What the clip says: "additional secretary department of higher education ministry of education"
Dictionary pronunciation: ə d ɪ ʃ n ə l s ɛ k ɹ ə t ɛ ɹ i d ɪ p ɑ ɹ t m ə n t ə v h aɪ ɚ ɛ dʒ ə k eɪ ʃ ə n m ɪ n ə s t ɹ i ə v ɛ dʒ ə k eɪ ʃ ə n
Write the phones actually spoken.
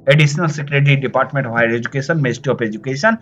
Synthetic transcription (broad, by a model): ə d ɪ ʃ n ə l s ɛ k ɹ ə t ɹ i d ɪ p ɑ ɹ t m ə n t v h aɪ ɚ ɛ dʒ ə k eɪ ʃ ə n m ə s t i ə p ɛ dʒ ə k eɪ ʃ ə n